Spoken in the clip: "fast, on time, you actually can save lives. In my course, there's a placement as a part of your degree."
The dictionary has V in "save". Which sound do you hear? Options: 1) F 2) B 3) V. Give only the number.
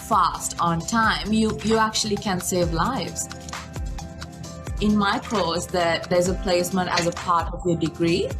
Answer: 3